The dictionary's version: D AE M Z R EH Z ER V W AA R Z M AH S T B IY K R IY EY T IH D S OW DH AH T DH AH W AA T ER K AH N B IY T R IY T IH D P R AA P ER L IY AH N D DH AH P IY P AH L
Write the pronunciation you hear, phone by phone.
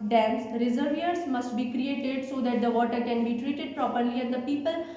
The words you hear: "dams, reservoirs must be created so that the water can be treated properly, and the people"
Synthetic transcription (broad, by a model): D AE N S R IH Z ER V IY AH R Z M AH S T B IY K R IY EY T IH D S OW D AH T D AH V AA T ER K AH N B IY T R IY T IH D P R AA P ER L IY AH N D AH P IY P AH L